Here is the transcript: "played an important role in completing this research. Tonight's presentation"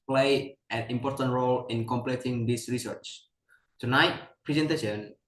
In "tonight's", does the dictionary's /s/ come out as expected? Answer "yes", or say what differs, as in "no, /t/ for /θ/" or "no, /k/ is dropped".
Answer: no, /s/ is dropped